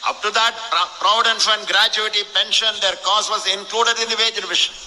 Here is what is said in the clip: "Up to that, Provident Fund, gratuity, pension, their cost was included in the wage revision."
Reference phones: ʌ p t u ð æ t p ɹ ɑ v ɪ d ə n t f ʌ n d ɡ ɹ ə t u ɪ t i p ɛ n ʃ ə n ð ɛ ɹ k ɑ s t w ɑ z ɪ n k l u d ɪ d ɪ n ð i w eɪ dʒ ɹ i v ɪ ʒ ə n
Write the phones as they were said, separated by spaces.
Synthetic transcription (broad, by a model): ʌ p t u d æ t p ɹ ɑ ɪ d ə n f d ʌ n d ɡ ɹ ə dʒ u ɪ t i p ɛ n ʃ ə n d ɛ ɹ k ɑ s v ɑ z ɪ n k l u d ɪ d ɪ n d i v eɪ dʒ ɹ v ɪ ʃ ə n